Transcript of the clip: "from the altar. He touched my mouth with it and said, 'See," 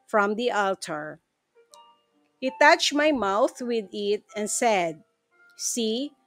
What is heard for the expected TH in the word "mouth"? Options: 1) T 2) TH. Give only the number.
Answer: 2